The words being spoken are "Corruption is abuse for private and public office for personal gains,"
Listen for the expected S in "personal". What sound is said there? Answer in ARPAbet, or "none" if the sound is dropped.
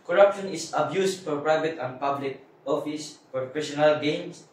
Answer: SH